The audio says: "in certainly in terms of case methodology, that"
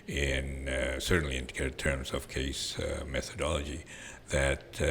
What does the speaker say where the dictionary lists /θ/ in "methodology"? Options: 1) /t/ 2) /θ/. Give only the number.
2